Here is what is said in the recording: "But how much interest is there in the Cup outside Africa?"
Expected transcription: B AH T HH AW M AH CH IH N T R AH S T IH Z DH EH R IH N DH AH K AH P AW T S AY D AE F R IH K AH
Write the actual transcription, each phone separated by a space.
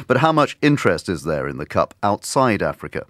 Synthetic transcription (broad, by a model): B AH T HH AW M AH CH IH N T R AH S T IH Z DH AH R IH N DH AH K AH P AW T S AY D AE F R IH K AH